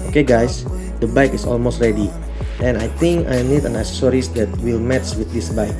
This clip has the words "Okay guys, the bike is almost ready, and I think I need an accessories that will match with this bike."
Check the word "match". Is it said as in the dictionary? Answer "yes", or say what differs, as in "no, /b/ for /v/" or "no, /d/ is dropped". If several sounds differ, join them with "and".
no, /s/ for /tʃ/